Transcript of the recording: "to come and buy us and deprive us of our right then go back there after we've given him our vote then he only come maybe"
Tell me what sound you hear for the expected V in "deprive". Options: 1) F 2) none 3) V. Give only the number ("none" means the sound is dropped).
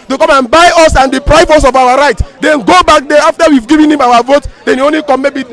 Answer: 1